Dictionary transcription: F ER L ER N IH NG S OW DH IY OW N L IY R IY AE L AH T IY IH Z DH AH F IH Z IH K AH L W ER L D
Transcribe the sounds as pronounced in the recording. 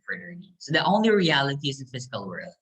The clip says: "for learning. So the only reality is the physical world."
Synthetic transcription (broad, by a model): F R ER IH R S OW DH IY OW N L IY R IY AE L AH T IY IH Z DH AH F IH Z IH K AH L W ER L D